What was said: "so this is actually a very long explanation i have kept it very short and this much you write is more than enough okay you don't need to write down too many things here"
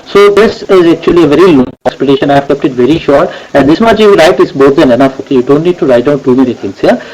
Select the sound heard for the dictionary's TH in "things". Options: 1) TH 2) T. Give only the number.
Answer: 2